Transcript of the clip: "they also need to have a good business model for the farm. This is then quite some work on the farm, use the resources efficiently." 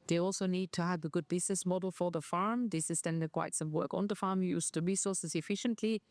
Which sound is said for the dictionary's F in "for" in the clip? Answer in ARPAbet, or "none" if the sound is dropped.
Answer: F